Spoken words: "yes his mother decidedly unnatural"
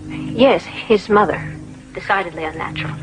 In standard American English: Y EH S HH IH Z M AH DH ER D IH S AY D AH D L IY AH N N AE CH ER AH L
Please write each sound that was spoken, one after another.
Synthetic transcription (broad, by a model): Y EH S HH IH Z M AH DH ER D IH S AY D AH D L IY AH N N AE CH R L